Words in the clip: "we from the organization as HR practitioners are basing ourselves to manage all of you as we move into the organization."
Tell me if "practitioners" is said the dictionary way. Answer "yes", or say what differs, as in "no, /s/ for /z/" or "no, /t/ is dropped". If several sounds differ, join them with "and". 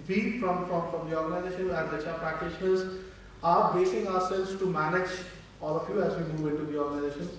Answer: yes